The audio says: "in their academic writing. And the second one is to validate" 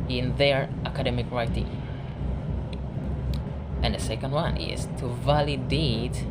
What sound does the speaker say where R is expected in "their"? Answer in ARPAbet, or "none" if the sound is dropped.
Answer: R